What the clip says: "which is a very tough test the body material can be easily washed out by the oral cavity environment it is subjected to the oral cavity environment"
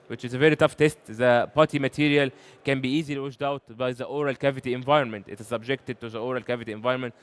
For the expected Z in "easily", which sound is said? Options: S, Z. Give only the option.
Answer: Z